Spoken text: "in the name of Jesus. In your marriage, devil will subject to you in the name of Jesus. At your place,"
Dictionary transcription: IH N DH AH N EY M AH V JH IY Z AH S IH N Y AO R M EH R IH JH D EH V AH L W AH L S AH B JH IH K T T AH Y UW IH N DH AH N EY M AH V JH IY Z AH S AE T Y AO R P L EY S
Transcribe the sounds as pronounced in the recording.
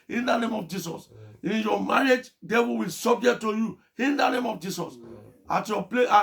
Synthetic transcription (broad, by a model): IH N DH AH N EY M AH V JH IY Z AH S IH N Y AO M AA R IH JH D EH W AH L W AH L S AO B JH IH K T T AH Y UW IH N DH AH N EY M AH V JH IY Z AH S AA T Y AO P L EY